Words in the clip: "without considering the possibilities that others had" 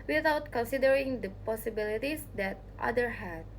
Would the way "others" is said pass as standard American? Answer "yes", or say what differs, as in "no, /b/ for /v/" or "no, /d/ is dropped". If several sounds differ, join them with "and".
no, /z/ is dropped